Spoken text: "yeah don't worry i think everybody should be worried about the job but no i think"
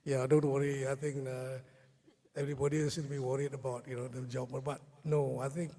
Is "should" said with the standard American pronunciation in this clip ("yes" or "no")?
no